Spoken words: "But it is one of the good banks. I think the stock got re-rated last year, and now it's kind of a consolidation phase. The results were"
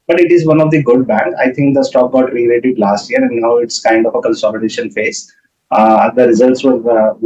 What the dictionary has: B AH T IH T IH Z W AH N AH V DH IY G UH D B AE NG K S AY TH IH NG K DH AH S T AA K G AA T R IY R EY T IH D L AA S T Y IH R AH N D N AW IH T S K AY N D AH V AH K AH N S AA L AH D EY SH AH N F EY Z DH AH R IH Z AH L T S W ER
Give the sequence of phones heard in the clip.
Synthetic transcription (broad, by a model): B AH T IH T IH Z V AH N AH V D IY G UH D B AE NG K AY T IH NG K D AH S T AA K G AA T R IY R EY T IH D L AA S T Y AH R AH N D N AW IH T S K AY N D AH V AH K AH N S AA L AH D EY SH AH N F EY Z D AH R IH Z AH L T S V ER